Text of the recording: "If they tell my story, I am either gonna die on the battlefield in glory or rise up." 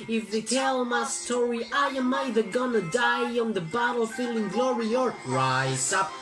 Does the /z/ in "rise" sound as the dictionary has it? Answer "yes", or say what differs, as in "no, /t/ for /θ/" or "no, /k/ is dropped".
no, /z/ is dropped